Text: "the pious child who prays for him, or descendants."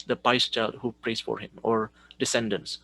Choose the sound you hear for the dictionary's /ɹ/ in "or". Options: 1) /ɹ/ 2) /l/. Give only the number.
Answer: 1